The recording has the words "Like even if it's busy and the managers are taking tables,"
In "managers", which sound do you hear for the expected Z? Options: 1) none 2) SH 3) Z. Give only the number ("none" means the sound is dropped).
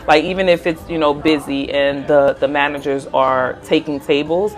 3